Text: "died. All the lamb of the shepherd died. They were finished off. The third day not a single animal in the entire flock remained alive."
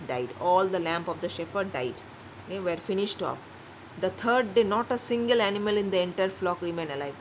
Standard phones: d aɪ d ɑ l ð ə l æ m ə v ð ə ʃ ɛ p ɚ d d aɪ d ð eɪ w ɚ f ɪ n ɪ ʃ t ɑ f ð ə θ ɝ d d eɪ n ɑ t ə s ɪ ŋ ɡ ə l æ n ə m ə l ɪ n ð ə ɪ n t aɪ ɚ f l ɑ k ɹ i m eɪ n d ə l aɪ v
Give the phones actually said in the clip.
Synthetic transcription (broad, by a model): d aɪ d ɑ l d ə l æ m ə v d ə ʃ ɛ f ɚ d d aɪ d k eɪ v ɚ f ɪ n ɪ ʃ t ɑ f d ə t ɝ d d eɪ n ɑ t ə s ɪ ŋ ɡ ə l æ n ə m ə l ɪ n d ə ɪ n t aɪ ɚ f l ɑ k ɹ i m eɪ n ə l aɪ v